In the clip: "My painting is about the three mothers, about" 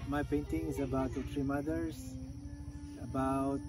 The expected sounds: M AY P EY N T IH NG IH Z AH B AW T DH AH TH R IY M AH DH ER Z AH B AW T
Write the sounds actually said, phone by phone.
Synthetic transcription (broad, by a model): M AY P EY N T IH NG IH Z AH B AW T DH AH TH R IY M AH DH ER S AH B AW T